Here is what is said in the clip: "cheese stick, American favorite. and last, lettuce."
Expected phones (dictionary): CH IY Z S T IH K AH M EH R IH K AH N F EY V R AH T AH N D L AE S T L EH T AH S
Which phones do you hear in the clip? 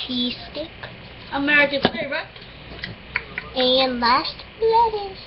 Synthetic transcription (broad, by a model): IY S T IH K AH M EH R IH K AH N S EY R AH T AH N L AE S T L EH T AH